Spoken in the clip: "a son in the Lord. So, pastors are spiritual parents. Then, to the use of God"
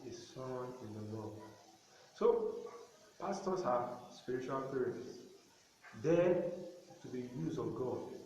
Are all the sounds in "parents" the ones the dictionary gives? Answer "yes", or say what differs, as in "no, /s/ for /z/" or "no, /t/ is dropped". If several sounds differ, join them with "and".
no, /n/ is dropped